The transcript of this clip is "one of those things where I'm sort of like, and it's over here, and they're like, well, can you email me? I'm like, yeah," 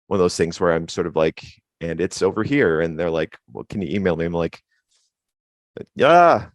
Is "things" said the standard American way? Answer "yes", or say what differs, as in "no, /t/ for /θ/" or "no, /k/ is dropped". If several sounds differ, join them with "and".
yes